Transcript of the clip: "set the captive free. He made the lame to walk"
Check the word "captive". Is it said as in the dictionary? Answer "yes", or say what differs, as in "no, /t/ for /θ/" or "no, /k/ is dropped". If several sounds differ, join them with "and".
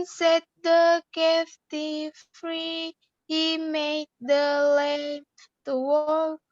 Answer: no, /f/ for /p/